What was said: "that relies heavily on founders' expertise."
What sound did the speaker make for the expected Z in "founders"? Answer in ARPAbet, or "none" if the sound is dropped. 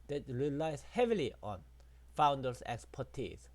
S